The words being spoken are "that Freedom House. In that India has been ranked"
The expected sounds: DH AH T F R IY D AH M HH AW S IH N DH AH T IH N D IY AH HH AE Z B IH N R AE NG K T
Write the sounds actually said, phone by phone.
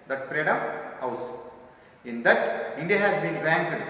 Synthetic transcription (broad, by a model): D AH T P R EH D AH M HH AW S IH N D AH T IH N D IY AH HH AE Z B IH N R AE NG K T